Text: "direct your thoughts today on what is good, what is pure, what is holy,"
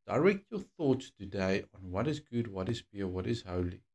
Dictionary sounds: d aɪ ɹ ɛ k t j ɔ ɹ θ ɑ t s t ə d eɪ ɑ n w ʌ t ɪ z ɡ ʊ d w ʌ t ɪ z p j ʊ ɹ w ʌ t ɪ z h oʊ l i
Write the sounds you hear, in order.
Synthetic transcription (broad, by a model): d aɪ ɹ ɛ k t j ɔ θ ɑ t s t ə d eɪ ɑ n w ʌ t ɪ z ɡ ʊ d w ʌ t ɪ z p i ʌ w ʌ t ɪ z h oʊ l i